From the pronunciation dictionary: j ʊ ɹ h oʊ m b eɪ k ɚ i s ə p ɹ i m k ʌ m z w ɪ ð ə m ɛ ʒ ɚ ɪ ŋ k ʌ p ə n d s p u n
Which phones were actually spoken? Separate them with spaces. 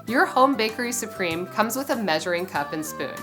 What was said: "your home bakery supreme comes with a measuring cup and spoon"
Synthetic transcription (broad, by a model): j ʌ ɹ h oʊ m b eɪ k ɚ i s ə p ɹ i m k ʌ m z w ɪ ð ə m ɛ ʒ ɚ ɪ ŋ k ʌ p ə n s p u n